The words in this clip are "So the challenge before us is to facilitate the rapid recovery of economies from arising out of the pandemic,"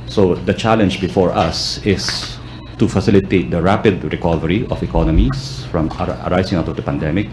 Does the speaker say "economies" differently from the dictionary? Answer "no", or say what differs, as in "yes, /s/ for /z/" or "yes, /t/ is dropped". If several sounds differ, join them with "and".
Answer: yes, /s/ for /z/